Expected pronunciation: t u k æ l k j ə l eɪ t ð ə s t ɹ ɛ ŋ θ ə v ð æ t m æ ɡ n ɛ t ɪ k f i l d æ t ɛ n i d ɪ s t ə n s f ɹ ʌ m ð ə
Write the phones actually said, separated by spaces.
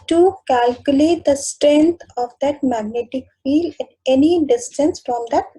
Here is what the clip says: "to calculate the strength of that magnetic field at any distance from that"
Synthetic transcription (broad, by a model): t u k æ l k j ə l eɪ t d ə s t ɹ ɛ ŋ t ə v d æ t m æ ɡ n ɛ t ɪ k f i l d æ t ɛ n i d ɪ s t ə n s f ɹ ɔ m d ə